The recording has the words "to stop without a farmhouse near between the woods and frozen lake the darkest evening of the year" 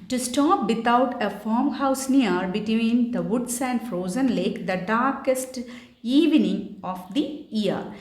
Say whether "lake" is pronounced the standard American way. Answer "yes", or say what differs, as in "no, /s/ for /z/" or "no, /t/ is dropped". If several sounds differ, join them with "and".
yes